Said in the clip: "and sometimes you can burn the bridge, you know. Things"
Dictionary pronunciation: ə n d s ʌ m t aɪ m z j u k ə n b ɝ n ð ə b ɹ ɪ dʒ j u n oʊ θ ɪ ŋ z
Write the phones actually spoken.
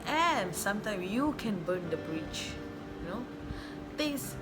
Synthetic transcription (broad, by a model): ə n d s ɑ m t aɪ m s j u k ə n b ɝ n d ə b ɹ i tʃ j u n oʊ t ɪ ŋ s